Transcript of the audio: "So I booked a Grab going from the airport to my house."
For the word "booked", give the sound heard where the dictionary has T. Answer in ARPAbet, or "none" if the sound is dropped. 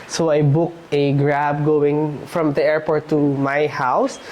T